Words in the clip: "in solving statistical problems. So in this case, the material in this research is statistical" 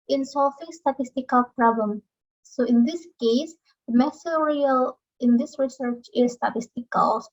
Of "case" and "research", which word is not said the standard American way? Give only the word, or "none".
none